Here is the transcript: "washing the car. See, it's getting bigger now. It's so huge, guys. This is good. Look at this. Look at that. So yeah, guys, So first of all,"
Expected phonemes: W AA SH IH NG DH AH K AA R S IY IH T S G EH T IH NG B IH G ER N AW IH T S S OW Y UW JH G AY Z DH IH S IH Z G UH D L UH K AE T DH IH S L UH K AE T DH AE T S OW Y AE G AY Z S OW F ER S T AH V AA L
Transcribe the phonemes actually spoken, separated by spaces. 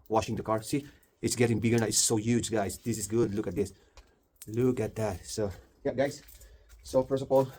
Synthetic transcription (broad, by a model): W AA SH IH NG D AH K AA R S IY IH T S G EH T IH NG B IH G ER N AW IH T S S OW Y UW JH G AY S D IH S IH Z G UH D L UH K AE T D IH S L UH K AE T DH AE T S OW Y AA G AY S S OW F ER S AH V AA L